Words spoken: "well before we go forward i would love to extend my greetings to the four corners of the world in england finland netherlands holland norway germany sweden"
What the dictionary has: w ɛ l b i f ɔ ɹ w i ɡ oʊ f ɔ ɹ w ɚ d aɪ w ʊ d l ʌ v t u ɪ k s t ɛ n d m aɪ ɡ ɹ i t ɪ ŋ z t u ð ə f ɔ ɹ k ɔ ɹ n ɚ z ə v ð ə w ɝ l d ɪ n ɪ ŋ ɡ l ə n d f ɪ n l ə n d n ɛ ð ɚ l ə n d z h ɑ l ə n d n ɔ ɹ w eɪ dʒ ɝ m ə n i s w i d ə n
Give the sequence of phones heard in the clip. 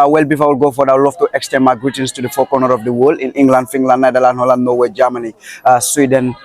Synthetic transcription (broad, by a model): w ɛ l b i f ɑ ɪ w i ɡ oʊ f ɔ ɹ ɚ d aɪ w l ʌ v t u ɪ k s t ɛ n m aɪ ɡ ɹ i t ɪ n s t u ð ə f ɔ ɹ k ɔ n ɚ ə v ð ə w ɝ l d ɪ n ɪ ŋ ɡ l ə n d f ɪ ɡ l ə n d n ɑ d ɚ l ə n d h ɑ l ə n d n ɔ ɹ w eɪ dʒ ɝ m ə n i s w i d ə n